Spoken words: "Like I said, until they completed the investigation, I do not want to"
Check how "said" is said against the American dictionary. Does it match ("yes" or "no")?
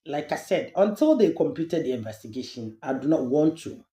yes